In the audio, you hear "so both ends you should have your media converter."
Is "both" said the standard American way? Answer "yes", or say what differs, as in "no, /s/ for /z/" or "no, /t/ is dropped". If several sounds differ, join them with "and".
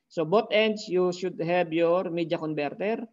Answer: no, /t/ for /θ/